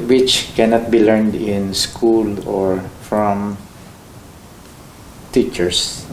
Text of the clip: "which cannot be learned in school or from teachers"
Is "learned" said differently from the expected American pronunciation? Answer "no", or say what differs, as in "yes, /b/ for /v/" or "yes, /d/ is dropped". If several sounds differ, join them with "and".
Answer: no